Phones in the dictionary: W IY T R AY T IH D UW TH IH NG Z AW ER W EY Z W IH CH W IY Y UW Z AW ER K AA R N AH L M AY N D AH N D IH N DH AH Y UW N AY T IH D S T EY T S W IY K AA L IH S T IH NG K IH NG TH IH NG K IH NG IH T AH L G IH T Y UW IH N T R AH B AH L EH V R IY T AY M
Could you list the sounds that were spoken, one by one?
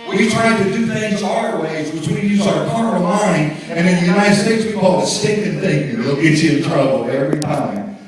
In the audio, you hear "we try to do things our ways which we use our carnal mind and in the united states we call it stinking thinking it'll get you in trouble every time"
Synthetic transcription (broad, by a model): W IY T R AY T IH D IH TH IH NG Z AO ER W EY Z W IH CH W IY Y UW Z AW ER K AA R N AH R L AY N AH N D IH N DH AH Y UW N AY T IH D S T EY T S W IY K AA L IH S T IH K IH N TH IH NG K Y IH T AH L IH T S IH N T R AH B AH L EH V R IY T AY M